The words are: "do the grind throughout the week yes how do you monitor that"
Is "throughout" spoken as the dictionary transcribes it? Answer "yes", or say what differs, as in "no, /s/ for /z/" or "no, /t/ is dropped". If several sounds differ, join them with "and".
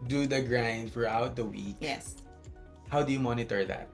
no, /f/ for /θ/